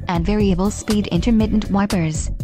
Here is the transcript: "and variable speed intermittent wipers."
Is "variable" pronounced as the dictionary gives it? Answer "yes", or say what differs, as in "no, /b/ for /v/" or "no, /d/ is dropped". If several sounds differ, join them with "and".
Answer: yes